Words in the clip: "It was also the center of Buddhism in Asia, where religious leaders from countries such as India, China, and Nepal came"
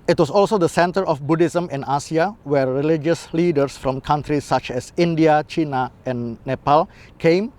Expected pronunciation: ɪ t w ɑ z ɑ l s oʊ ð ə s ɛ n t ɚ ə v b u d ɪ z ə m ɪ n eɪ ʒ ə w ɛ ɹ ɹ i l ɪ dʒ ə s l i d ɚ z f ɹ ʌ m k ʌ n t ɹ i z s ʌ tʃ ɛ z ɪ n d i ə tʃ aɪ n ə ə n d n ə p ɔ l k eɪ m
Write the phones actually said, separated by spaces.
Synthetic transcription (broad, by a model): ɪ t w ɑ s ɑ l s oʊ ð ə s ɛ n t ɚ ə f b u d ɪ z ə m ɪ n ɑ s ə w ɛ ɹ ɹ i l ɪ dʒ ə s l i d ɚ s f ɹ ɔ m k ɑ n t ɹ i s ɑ tʃ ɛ s ɪ n d i ə tʃ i n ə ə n n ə p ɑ l k eɪ m